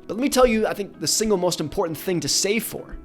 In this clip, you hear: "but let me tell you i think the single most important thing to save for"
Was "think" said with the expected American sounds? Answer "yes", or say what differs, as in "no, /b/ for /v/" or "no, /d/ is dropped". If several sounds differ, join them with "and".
yes